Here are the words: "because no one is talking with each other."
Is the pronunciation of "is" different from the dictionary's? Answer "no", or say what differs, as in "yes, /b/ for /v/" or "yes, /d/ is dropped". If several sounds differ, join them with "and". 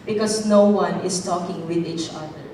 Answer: yes, /s/ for /z/